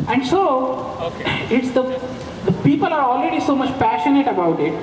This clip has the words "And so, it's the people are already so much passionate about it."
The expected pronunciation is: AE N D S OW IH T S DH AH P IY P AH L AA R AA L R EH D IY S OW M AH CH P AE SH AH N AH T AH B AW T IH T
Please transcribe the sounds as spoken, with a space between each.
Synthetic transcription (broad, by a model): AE N D S OW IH T S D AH P IY P AH L AA R AA L R EH D IY S OW M AH CH P AE SH AH N AH T AH B AW T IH T